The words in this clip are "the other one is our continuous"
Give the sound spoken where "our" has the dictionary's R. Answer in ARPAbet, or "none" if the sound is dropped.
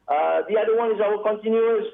L